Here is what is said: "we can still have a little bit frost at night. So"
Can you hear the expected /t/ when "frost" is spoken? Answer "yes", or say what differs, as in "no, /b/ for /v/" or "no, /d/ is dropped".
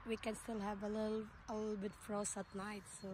no, /t/ is dropped